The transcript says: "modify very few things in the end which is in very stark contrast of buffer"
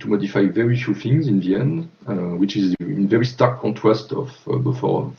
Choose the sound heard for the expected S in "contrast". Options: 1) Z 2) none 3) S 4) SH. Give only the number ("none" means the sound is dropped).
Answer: 3